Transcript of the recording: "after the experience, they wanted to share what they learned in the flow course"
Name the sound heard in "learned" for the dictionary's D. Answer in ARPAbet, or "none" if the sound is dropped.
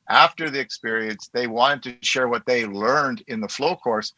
D